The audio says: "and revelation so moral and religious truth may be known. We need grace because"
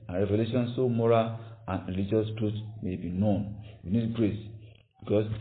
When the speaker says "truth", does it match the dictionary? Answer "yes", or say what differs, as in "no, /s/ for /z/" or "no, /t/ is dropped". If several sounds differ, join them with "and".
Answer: no, /t/ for /θ/